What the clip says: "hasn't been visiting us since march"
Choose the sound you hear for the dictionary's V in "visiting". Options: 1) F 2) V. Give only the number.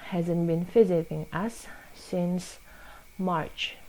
1